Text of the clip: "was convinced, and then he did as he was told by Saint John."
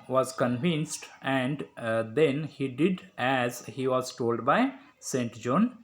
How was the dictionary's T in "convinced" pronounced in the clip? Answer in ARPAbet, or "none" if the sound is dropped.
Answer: T